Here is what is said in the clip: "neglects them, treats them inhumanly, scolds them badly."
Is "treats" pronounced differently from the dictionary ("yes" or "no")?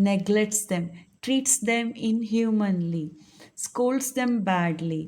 no